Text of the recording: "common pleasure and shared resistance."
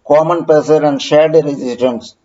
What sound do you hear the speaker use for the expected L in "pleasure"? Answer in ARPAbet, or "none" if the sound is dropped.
none